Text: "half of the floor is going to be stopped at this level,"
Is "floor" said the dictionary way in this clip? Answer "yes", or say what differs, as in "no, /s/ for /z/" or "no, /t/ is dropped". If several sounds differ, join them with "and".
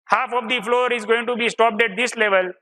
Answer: yes